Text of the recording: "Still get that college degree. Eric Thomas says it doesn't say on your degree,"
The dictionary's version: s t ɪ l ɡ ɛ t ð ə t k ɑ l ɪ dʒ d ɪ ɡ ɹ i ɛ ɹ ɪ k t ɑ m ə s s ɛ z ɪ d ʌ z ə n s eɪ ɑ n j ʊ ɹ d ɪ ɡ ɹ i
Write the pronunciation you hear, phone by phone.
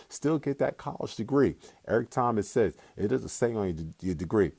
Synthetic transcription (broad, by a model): s t ɪ l ɡ ɛ t ð ə t k ɑ l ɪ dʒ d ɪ ɡ ɹ i ɛ ɹ ɪ k t ɑ m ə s s ɛ z ɪ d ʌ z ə s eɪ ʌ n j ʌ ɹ d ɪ ɡ ɹ i